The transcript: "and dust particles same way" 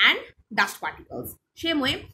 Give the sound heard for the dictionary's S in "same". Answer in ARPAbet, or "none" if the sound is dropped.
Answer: SH